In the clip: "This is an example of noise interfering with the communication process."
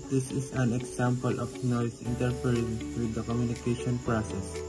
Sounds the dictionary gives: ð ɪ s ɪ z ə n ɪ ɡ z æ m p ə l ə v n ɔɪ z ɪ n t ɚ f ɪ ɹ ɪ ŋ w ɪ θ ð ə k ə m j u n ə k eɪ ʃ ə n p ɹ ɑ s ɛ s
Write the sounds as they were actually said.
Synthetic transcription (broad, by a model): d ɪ s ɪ s ə n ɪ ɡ s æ m p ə l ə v n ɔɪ s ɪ n t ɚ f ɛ ɹ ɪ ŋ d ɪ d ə k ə m j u n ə k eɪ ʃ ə n p ɹ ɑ s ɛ s